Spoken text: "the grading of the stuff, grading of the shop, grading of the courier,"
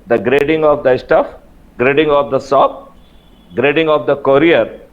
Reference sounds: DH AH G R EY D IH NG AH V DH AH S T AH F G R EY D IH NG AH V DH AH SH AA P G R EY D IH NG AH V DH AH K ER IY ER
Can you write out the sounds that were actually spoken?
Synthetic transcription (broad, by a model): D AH G R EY D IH NG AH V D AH S T AH F G R EY D IH NG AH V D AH S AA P G R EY D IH NG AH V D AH K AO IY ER